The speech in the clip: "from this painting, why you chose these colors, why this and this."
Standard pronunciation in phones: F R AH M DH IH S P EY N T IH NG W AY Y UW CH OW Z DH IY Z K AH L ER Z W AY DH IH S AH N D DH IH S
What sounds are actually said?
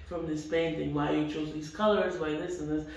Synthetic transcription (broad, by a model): F R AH M DH IH S P EY N T IH NG W AY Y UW CH OW Z DH IY Z K AH L ER Z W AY DH IH S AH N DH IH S